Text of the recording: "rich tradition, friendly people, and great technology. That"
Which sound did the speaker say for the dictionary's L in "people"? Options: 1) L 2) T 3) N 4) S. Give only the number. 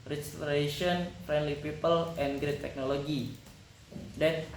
1